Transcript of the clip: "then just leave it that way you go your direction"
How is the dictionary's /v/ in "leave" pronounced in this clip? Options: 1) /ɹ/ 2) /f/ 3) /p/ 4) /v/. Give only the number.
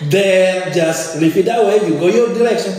2